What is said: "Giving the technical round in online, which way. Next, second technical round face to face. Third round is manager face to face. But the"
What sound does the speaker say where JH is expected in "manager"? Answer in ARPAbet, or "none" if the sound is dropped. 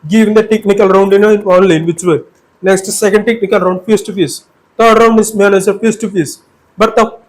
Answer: Z